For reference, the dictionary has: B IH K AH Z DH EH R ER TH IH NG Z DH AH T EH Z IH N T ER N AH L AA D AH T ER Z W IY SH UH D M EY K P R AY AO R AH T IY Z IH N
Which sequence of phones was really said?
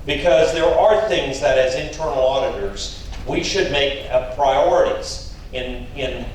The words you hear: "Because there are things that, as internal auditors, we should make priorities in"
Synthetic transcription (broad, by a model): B IH K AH Z DH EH R ER TH IH NG Z DH AH T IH Z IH N T ER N L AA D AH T ER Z W IY SH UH D M EY K P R AY AO R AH T IY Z IH N